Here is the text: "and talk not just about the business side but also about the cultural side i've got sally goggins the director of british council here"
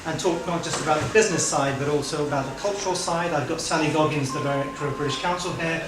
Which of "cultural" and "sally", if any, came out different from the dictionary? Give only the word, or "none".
sally